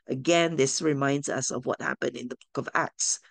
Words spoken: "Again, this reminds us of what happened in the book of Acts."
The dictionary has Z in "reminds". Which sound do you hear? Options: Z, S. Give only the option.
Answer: Z